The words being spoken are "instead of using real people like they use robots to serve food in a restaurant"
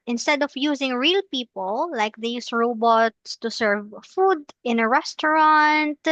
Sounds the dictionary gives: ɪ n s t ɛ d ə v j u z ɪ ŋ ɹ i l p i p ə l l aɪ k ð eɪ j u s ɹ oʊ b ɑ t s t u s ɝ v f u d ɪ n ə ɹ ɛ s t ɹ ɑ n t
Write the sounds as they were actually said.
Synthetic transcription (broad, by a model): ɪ n s t ɛ d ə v j u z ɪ ŋ ɹ i l p i p ə l l aɪ k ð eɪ j u s ɹ oʊ b ɑ t s t u s ɝ v f u d ɪ n ə ɹ ɛ s t ɹ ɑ n t